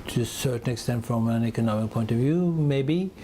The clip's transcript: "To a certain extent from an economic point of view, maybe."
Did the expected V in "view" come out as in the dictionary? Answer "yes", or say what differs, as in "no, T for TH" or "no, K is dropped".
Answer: yes